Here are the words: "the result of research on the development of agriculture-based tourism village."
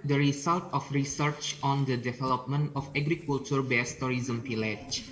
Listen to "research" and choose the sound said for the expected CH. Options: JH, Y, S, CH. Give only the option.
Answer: CH